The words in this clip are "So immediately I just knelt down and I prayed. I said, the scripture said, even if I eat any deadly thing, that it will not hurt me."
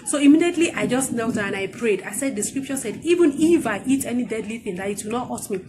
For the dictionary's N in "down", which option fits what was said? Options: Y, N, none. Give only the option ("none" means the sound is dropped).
none